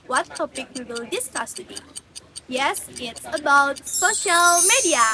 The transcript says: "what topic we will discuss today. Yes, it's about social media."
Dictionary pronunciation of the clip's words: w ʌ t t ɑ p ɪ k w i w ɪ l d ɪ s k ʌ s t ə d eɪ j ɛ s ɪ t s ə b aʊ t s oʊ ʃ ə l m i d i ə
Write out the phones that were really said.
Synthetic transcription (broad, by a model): w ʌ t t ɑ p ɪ k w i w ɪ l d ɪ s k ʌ s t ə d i j ɛ s ɪ t s ə b aʊ t s oʊ ʃ ə l m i d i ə